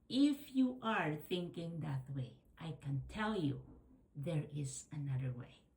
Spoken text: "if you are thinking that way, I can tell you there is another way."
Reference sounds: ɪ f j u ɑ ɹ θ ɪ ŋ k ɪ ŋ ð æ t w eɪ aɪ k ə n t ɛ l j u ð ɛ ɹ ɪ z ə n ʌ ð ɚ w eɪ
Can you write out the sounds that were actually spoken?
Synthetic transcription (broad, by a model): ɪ f j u ɑ ɹ θ ɪ ŋ k ɪ ŋ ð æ t w eɪ aɪ k ə n t ɛ l j u ð ɛ ɹ ɪ z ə n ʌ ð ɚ w eɪ